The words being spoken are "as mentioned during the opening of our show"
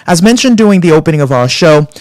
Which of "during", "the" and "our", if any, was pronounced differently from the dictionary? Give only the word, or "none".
during